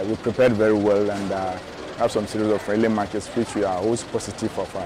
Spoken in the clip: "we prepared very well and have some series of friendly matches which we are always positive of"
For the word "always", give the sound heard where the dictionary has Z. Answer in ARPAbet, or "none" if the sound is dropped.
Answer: S